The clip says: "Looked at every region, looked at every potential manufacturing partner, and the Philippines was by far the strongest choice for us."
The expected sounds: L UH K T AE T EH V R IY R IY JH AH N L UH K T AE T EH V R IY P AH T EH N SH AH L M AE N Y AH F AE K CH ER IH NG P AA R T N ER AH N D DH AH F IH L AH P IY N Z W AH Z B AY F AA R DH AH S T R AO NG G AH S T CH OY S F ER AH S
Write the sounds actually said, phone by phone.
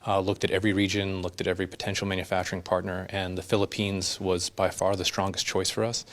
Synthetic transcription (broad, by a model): L UH K T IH T EH V R IY R IY JH AH N L UH K T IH T EH V R IY P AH T EH N SH L M AE N Y AH F AE K CH ER IH NG P AA R T N ER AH N DH AH F IH L AH P IY N Z W AH Z B AY F AA R DH AH S T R AO NG G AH S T CH OY S F ER AH S